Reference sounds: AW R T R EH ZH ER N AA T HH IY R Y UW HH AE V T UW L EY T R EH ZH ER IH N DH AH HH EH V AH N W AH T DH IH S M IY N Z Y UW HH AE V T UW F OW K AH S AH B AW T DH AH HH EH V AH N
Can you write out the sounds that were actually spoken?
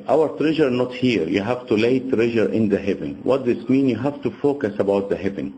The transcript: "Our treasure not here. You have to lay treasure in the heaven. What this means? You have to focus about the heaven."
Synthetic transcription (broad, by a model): AW R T R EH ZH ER N AA T HH IY R Y UW HH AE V T UW L EY T R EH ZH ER IH N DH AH HH EH V AH N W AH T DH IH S M IY N Y UW HH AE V T UW F OW K AH S AH B AW T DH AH HH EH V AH N